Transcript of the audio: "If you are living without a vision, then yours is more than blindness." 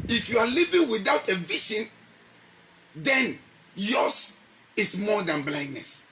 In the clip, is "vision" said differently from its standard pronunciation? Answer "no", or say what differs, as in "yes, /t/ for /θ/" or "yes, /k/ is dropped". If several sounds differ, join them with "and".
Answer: yes, /ʃ/ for /ʒ/